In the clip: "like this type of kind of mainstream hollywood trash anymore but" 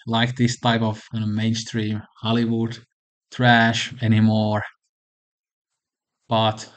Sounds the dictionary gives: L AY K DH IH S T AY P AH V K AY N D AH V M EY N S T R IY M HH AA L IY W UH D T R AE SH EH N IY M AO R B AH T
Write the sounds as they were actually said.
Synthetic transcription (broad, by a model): L AY K DH IH S T AY P AH V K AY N AH M EY N S T R IY M HH AA L IY W UH D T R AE SH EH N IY M AO R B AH T